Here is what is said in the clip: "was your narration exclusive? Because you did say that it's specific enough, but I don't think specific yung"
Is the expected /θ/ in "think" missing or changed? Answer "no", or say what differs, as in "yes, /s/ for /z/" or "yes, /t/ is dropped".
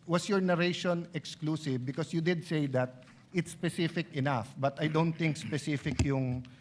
yes, /t/ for /θ/